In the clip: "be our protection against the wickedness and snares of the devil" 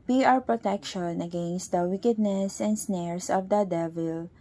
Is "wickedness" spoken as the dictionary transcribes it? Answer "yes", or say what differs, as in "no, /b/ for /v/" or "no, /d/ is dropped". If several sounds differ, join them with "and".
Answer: yes